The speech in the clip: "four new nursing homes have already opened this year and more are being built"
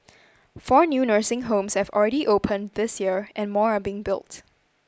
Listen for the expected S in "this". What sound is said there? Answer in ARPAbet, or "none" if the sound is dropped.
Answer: S